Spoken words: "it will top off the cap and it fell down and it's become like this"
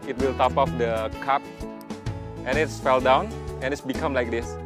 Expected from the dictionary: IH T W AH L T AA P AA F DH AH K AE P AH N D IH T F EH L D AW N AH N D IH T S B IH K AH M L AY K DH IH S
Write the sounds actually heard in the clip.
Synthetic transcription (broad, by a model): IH T W AH L T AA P AA F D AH K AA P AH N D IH T F EH L D AW N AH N IH T S B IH K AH M L AY K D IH S